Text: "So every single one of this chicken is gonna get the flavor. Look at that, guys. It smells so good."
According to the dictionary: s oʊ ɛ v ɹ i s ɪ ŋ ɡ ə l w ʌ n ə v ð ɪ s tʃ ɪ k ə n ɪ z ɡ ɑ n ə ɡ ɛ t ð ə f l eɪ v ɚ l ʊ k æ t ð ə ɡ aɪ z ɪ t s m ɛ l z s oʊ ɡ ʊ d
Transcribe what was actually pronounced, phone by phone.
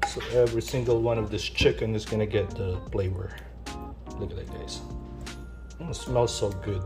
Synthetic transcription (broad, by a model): s oʊ ɛ v ɹ i s ɪ ŋ ɡ ə l w ʌ n ə v ð ɪ s tʃ ɪ k ə n ɪ z ɡ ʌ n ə ɡ ɛ t ð ə p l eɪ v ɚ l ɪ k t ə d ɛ ɪ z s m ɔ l s oʊ ɡ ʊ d